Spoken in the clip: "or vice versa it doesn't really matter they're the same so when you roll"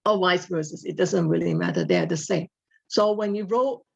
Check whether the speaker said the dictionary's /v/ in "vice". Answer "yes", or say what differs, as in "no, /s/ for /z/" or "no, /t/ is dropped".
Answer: no, /w/ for /v/